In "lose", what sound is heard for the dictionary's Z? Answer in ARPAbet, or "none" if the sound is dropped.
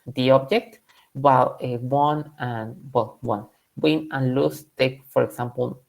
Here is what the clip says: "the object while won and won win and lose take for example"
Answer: S